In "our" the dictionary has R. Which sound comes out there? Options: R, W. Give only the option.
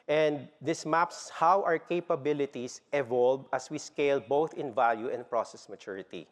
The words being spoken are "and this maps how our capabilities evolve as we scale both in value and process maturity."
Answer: R